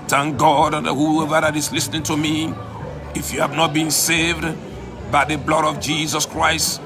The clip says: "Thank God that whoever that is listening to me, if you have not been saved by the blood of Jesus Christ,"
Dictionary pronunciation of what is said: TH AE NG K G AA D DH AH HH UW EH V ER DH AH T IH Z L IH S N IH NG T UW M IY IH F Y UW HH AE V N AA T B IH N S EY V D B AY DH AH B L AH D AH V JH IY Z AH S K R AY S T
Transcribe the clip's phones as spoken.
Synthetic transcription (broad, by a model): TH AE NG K G AA D HH UW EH V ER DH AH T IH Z L IH S N IH NG T UW M IY IH F Y UW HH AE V N AA T B IH N S EY V D B AY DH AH B L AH D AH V JH IY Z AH S K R AY S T